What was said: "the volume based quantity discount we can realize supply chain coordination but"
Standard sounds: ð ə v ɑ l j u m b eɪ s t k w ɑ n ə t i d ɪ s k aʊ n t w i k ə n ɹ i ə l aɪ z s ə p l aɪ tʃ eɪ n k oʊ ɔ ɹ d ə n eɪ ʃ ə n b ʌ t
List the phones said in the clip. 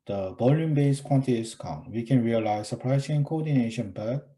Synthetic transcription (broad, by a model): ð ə b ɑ l j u m b eɪ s k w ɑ n t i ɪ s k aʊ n w i k ə n ɹ i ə l aɪ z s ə p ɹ aɪ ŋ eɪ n k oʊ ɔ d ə n eɪ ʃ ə n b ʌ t